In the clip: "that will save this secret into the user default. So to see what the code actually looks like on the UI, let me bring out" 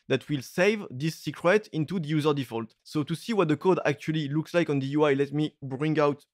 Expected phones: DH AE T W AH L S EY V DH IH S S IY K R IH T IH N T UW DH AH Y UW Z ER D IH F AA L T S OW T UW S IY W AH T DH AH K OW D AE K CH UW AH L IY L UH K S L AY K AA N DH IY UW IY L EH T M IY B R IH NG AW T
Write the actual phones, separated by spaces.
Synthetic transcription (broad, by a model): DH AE T W AH L S EY V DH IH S S IY K R IH T IH N T UW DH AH Y UW Z ER D IH F AA L T S OW T UW S IY W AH T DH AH K OW D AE K CH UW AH L IY L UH K S L AY K AA N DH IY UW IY L EH T M IY B R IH NG AW T